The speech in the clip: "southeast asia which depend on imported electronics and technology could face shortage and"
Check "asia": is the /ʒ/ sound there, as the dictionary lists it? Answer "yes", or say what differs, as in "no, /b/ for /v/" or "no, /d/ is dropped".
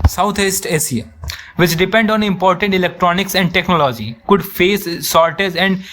no, /s/ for /ʒ/